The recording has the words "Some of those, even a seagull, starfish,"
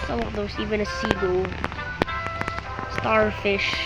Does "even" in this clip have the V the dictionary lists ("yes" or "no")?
yes